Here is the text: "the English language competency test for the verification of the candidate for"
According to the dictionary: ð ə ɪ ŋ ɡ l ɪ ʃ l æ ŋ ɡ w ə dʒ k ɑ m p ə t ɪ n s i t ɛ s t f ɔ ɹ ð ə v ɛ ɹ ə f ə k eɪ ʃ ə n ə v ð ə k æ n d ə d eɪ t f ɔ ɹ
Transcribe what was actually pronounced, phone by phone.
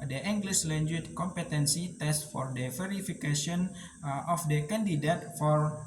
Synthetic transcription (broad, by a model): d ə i ŋ ɡ l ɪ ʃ l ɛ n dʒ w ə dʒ k ɑ m p ə t ɪ n s i t ɛ s t f ɔ ɹ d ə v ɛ ɹ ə f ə k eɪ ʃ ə n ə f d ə k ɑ n d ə d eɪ t f ɔ ɹ